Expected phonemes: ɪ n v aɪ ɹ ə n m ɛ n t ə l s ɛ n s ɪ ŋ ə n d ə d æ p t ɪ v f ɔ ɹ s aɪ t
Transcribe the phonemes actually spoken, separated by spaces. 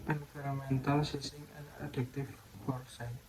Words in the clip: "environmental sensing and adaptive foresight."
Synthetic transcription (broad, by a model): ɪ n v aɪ ɹ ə m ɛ n t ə l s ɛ s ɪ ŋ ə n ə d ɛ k t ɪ f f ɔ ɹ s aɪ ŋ